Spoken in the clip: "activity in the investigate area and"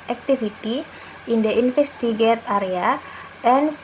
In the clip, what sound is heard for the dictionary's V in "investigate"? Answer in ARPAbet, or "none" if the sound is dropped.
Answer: F